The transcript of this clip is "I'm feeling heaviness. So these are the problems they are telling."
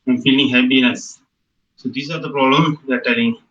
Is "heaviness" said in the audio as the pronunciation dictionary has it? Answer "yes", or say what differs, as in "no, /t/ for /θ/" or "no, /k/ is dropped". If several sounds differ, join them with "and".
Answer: no, /p/ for /v/